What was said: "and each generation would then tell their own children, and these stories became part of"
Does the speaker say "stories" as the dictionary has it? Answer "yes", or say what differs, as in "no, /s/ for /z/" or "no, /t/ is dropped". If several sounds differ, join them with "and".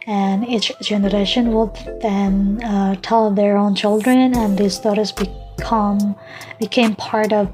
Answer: no, /θ/ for /s/